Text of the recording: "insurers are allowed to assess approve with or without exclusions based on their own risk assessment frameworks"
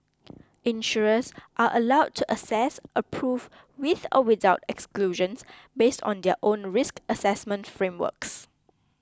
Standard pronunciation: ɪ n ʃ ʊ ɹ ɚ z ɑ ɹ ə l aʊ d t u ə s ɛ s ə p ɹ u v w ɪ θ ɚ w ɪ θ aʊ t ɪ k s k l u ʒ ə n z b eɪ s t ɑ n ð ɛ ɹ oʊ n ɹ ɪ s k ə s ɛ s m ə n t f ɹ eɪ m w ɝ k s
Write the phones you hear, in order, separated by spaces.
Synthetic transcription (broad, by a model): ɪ n ʃ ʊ ɹ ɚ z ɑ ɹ ə l aʊ d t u ə s ɛ s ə p ɹ u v w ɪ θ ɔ w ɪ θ aʊ t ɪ k s k l u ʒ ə n s b eɪ s t ɑ n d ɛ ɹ oʊ n ɹ ɪ s k ə s ɛ s m ə n t f ɹ eɪ m w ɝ k s